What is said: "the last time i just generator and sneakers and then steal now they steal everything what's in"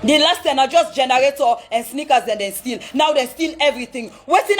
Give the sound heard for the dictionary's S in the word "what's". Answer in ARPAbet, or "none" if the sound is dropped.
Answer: none